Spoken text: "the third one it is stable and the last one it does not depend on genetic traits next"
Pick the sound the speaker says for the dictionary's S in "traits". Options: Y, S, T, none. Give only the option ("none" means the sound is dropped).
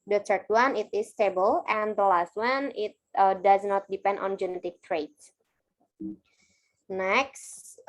none